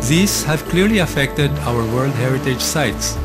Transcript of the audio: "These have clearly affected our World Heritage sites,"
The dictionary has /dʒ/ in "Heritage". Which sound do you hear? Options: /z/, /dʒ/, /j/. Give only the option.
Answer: /dʒ/